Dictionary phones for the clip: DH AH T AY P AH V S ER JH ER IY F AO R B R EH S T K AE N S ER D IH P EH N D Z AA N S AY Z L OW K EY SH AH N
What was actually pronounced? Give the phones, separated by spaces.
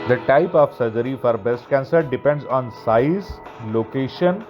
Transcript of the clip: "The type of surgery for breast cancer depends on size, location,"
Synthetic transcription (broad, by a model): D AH T AY P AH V S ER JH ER IY F AO R B EH S T K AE N S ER D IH P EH N D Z AA N S AY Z L OW K EY SH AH N